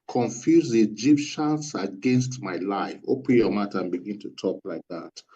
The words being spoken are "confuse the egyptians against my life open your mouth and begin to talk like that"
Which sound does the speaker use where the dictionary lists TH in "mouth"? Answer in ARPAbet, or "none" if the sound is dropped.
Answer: T